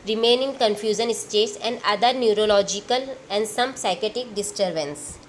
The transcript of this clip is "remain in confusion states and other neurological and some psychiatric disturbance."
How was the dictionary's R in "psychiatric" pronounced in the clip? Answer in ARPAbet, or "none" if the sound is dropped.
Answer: none